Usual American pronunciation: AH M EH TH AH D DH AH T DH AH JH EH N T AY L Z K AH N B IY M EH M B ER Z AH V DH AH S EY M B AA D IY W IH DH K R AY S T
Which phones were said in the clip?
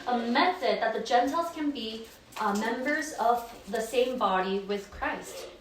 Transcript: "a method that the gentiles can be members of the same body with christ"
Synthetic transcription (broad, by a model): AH M EH TH AH D DH AH T DH AH JH EH N T AY L Z K AH N B IY M EH M B ER Z AH V DH AH S EY M B AA D IY W IH DH K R AY S T